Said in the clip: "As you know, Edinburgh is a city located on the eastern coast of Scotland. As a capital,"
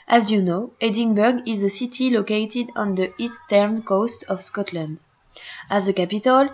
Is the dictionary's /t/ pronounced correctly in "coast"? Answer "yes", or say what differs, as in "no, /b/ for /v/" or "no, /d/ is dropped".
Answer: yes